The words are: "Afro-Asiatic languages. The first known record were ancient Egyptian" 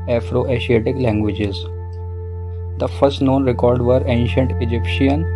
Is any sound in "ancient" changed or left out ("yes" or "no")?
no